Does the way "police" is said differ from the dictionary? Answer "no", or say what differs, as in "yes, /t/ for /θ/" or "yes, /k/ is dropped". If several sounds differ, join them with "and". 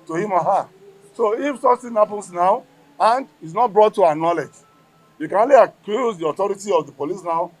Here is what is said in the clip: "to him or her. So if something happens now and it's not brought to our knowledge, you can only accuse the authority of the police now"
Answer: no